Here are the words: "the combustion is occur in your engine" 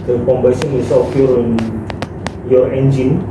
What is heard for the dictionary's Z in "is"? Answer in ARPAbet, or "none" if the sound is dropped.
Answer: S